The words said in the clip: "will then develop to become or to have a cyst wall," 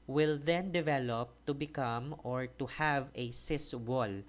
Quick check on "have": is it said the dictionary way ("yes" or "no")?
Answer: yes